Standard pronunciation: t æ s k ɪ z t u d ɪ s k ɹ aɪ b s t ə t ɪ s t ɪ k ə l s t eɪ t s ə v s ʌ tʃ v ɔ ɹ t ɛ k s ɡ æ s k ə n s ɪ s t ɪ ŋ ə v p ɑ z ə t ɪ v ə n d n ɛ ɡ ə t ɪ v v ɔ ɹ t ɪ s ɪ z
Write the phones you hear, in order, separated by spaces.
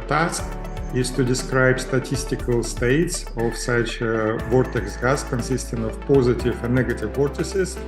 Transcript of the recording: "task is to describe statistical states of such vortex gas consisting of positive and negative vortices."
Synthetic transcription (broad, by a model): t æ s k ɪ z t u d ɪ s k ɹ aɪ b s t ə t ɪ s t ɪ k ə l s t eɪ t s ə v s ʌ tʃ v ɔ ɹ t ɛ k s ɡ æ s k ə n s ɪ s t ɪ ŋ ə v p ɑ z ə t ɪ v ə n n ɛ ɡ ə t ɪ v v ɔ ɹ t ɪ s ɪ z